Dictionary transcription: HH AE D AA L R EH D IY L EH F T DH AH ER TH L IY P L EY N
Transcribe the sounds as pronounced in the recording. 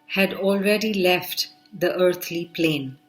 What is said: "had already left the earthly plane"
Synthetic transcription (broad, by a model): HH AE D AA L R EH D IY L EH F T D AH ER T L IY P L EY N